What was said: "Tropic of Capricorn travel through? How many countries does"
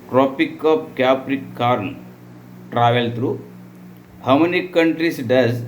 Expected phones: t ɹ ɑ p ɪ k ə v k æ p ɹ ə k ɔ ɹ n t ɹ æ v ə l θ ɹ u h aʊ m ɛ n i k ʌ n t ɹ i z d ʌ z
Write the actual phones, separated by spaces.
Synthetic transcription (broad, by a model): t ɹ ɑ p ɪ k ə p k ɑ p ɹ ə k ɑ ɹ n t ɹ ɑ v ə l t ɹ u h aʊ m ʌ n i k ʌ n t ɹ i s d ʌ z